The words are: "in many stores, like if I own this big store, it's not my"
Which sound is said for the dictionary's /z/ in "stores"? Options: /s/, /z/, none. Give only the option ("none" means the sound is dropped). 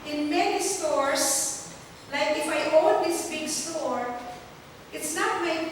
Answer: /s/